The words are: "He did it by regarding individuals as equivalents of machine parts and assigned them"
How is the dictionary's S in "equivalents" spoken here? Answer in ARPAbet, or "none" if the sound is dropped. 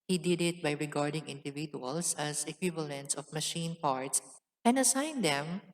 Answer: S